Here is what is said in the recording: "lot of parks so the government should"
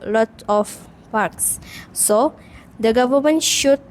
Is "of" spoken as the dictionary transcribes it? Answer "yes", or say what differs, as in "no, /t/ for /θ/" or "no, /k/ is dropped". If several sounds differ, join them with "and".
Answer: no, /f/ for /v/